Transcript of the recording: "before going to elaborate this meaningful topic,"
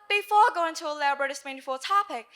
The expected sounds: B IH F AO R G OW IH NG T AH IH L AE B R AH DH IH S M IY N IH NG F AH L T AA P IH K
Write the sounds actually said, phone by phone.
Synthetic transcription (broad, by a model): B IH F AO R G OW IH NG T AH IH L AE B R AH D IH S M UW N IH F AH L T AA P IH K